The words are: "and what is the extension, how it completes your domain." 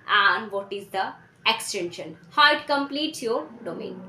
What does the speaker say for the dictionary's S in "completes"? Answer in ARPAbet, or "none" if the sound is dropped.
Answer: none